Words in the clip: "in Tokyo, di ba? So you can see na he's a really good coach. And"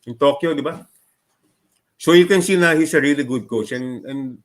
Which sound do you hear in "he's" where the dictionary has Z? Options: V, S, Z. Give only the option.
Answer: S